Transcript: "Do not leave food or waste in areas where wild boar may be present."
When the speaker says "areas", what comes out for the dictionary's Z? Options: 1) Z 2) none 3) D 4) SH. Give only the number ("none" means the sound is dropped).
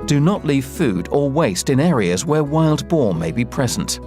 1